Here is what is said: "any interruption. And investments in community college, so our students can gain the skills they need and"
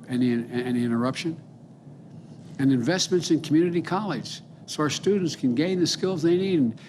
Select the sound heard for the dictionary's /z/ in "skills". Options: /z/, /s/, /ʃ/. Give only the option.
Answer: /z/